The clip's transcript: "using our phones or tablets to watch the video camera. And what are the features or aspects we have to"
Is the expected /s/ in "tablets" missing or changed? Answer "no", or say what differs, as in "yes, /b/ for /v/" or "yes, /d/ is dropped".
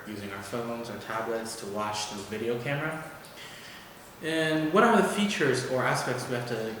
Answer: no